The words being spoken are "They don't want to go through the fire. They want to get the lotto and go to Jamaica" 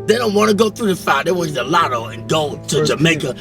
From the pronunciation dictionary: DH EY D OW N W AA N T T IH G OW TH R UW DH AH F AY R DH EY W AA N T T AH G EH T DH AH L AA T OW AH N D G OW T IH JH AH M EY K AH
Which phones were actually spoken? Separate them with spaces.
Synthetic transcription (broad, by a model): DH EY D OW N W AA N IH G OW TH R UW DH AH F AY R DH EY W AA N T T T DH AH L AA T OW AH N G OW T IH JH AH M EY K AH